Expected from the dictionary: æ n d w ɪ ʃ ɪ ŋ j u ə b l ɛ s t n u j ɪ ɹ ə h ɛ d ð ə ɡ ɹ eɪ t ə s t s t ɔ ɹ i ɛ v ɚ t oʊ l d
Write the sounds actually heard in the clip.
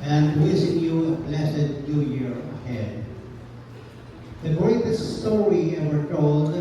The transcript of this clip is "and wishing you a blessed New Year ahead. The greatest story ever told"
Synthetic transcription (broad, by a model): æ n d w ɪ s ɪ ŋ j u ə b l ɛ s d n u j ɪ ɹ ə h ɛ d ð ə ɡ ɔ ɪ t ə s s t ɔ ɹ i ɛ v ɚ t oʊ l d